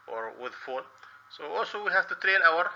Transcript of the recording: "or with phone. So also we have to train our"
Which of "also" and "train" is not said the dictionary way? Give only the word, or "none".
train